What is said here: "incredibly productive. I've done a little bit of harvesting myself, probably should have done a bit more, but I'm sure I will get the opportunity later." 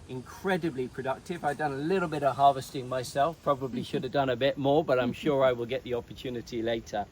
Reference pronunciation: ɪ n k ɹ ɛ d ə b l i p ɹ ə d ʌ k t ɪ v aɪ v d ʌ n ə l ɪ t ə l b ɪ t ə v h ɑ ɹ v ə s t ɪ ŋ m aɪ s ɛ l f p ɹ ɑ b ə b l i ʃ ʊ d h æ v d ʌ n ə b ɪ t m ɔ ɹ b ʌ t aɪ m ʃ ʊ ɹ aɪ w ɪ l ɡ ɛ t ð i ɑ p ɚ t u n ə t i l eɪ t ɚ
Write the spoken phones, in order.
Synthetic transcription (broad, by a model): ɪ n k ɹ ɛ d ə b l i p ɹ ə d ʌ k t ɪ v aɪ v d ʌ n ə l ɪ t l b ɪ t ə v h ɑ ɹ v ə s t ɪ ŋ m aɪ s ɛ l f p ɹ ɑ b ə b l i ʃ ʊ d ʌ v d ʌ n ə b ɪ t m ɔ ɹ b ʌ t aɪ m ʃ ʊ ɹ aɪ w ɪ l ɡ ɛ t ð i ɑ p ɚ t u n ə t i l eɪ t ɚ